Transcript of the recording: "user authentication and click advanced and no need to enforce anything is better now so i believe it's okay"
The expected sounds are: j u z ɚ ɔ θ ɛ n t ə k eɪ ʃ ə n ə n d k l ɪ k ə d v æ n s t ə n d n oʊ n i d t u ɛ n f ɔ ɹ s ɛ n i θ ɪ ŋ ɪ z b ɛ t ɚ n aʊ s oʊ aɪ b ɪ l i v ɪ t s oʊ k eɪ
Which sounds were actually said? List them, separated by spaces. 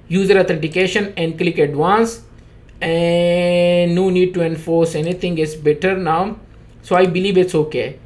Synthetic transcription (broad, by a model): j u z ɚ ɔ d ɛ t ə k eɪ ʃ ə n ə n d k l ɪ k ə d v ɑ n s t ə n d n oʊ n i d t u ɛ n f ɔ ɹ s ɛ n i t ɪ ŋ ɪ s b ɛ t ɚ n aʊ s oʊ aɪ b ɪ l i v ɪ t s oʊ k eɪ